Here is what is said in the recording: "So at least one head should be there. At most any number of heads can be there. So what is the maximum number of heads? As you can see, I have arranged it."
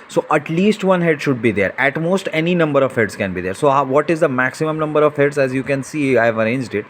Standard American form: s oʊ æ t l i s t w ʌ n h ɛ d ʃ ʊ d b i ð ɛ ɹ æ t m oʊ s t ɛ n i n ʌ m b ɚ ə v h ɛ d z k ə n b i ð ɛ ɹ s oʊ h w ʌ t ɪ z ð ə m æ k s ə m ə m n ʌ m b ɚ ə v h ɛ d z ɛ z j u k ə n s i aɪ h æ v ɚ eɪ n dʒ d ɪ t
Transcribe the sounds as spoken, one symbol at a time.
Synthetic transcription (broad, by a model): s oʊ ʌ t l i s t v ʌ n h ɛ d ʃ ʊ d b i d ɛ ɹ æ t m oʊ s t ɛ n i n ʌ m b ɚ ə v h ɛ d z k ə n b i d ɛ ɹ s oʊ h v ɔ t ɪ z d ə m æ k s ə m ə m n ʌ m b ɚ ə v h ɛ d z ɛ z j u k ə n s i aɪ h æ v ɚ eɪ n dʒ d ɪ t